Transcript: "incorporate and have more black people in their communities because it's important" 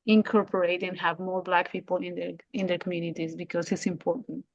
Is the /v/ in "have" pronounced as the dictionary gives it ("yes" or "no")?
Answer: yes